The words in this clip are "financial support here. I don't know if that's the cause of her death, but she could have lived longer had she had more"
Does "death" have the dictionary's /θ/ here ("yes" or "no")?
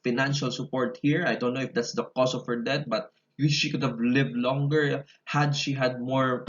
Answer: no